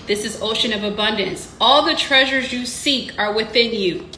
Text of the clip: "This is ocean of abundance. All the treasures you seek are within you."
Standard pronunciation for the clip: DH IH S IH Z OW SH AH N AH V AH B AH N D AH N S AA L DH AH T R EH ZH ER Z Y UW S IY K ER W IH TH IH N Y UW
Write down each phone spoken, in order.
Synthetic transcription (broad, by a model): DH IH S IH Z OW SH AH N AH V AH B AH N D AH N S AA L DH AH T R EH ZH ER Z Y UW S IY K ER W IH TH IH N Y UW